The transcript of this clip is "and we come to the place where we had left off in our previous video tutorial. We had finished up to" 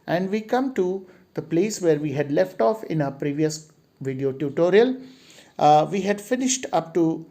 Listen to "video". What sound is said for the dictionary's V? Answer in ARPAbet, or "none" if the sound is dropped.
V